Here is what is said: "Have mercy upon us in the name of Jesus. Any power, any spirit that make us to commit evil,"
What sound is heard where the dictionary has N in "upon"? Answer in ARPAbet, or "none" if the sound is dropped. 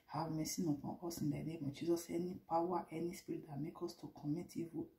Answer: none